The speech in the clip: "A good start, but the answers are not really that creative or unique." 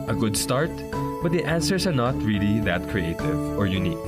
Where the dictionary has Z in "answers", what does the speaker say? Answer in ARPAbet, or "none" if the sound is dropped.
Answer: S